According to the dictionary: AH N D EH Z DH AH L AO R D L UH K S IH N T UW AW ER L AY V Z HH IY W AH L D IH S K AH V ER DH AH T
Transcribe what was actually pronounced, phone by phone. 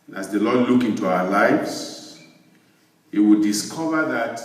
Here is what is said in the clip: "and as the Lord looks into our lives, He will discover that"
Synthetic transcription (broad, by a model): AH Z DH AH L AO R D L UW K IH N T UW AW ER L AY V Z HH IY W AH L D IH S K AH V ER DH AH T